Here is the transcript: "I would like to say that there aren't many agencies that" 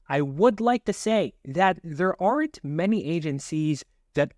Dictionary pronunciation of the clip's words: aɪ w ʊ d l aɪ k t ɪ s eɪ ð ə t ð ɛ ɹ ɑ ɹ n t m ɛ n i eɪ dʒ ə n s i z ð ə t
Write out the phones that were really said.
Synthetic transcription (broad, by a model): aɪ w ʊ d l aɪ k t ɪ s eɪ ð ə t ð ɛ ɹ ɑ ɹ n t m ɛ n i eɪ dʒ ə n s i z ð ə t